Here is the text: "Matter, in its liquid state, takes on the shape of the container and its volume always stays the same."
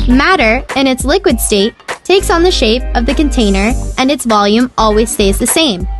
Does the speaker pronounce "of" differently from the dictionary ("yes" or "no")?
no